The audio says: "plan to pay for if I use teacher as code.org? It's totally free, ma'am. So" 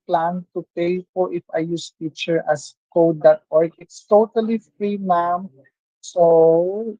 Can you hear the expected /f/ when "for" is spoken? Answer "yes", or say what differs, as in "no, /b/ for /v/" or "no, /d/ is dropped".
no, /p/ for /f/